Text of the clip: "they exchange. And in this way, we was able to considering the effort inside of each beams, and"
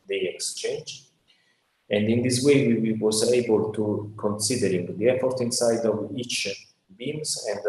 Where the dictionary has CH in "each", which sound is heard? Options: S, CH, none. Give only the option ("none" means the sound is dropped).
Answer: CH